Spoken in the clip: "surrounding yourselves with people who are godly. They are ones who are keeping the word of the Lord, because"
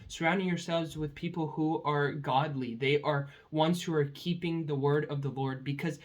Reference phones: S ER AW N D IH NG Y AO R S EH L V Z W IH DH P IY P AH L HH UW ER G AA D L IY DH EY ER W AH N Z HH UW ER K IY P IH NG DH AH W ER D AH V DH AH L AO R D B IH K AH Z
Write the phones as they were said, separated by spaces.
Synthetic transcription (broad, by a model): S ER AW N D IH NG Y AO R S EH L V Z W IH DH P IY P L HH UW ER G AA D L IY DH EY ER W AH N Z HH UW ER K IY P IH NG DH AH W ER D AH V DH AH L AO R D B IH K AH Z